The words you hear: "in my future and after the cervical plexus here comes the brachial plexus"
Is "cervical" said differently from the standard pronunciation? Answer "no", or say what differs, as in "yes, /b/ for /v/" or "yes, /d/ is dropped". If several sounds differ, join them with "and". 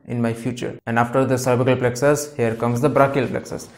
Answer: yes, /b/ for /v/